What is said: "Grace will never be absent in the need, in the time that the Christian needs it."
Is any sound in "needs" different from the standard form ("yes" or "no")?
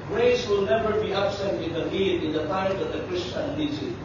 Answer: yes